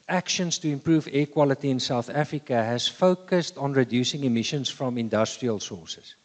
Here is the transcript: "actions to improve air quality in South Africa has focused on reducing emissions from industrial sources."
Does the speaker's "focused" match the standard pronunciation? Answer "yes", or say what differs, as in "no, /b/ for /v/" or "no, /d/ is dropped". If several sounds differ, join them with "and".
yes